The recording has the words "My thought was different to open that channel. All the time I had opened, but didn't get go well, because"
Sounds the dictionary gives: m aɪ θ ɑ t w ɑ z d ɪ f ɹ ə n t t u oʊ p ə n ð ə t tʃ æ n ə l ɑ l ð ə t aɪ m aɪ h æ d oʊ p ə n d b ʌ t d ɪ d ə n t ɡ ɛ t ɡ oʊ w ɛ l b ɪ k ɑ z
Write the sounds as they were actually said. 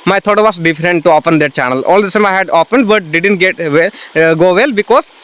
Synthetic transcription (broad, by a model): m aɪ t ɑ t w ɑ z d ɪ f ɹ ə n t t u oʊ p ə n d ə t tʃ æ n ə l ɑ l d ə s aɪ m aɪ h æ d oʊ p ə n d b ʌ t d ɪ d ə n t ɡ ɛ t ɡ oʊ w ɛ l b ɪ k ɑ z